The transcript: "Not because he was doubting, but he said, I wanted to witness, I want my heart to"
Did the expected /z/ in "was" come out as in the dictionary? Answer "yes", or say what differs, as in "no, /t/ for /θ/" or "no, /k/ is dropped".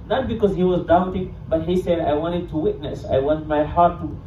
yes